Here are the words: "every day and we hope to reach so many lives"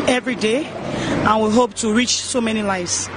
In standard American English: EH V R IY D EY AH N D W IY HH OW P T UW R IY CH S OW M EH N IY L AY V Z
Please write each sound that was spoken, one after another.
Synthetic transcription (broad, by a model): EH V R IY D EY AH N W IY HH OW P T UW R IY CH S OW M EH N IY L AY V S